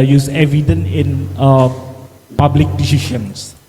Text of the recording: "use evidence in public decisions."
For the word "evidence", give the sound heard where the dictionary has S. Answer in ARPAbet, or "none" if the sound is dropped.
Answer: none